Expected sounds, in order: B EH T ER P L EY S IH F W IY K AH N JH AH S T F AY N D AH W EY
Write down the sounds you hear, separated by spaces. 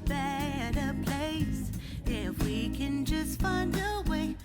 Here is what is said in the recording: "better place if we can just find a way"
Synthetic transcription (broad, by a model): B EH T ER P L EY S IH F W IY K AH N JH AH S T F AY N D AH W EY